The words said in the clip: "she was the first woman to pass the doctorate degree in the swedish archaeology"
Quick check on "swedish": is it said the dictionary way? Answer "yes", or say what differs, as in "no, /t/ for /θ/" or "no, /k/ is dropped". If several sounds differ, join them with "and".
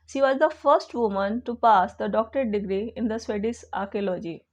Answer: no, /s/ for /ʃ/